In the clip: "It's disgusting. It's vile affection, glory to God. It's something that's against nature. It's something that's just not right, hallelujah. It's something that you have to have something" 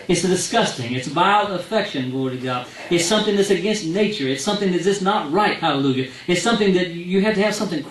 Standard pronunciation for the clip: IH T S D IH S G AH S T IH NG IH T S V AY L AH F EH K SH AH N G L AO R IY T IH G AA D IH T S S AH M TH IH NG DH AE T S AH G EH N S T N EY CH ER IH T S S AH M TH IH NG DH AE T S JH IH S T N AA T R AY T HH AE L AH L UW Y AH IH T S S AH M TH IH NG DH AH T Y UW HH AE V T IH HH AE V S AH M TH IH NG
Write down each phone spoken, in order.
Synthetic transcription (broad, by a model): IH T S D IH S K AH S T IH NG IH T S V AY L AH F EH K SH AH N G AO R T IH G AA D IH T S S AH M TH IH NG DH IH T S AH G EH N S T N EY CH ER IH T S S AH M TH IH NG DH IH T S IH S N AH T R AY T HH AE L AH L UW Y AH IH T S S AH M TH IH NG DH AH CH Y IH HH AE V T IH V S AH M TH IH NG